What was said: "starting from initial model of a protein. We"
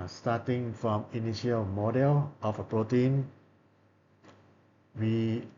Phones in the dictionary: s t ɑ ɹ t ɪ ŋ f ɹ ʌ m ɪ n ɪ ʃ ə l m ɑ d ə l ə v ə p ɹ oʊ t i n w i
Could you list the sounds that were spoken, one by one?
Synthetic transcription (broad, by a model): s t ɑ t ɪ ŋ f ɹ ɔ m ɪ n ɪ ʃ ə l m ɑ d ə l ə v ə p ɹ oʊ t i n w i